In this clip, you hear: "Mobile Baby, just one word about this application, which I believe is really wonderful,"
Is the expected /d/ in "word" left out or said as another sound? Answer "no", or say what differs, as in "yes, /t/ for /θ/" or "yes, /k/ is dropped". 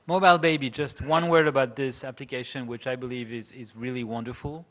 yes, /d/ is dropped